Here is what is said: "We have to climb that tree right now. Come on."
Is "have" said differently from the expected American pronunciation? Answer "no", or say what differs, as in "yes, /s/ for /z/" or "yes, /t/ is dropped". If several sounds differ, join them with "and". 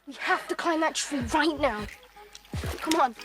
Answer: yes, /f/ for /v/